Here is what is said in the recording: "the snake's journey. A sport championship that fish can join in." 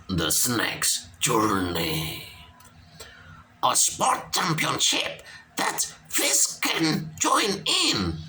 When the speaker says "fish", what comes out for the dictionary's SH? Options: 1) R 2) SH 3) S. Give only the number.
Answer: 3